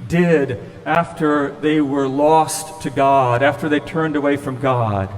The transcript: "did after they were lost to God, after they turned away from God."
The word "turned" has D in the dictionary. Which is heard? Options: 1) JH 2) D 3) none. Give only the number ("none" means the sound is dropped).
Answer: 2